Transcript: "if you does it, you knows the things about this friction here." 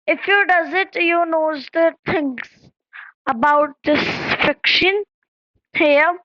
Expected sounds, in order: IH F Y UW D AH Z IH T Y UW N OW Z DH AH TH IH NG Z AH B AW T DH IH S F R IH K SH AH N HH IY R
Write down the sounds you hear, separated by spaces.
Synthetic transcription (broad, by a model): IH F Y UW D AH Z IH T Y UW N OW Z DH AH T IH NG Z AH B AW T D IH S F IH K SH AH N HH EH